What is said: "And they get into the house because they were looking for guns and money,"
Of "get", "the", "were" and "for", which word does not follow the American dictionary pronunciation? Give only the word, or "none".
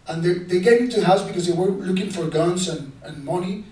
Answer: get